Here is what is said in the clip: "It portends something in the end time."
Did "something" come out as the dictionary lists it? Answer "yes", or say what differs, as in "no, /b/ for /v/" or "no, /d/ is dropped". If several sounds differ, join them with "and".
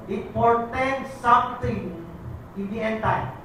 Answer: no, /t/ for /θ/